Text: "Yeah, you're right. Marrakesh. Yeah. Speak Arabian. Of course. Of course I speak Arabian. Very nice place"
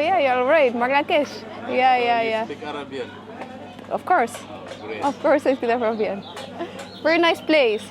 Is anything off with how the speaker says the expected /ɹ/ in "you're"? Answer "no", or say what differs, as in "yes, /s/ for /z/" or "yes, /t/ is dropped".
yes, /l/ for /ɹ/